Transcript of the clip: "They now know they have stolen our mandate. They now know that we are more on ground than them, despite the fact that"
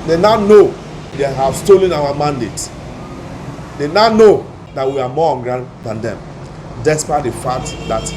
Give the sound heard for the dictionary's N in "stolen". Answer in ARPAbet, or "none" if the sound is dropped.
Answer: N